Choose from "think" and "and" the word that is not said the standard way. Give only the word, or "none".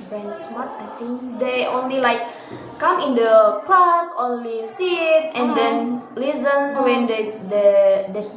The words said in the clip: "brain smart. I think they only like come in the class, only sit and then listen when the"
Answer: think